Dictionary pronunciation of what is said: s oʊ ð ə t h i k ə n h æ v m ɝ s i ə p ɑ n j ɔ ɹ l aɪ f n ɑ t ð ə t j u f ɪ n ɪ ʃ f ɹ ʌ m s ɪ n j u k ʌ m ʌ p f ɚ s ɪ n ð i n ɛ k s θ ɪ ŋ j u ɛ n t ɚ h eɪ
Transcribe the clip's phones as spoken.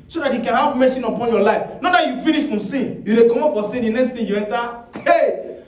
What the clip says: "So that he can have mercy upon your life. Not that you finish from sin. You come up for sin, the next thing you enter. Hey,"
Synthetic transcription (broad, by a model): s oʊ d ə t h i k ə n h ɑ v m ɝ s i ə p ɑ n j ɔ l aɪ f n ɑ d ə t j u f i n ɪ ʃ f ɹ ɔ m s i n j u k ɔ m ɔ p f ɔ s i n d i n ɛ k s t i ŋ j u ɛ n t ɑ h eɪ